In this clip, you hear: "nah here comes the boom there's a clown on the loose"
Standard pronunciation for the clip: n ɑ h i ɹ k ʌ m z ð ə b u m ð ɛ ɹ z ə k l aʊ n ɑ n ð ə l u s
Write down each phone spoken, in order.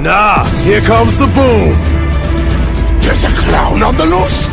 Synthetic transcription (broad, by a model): n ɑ h i ɹ k ʌ m z ð ə b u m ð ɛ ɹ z ə k l aʊ n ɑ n ð ə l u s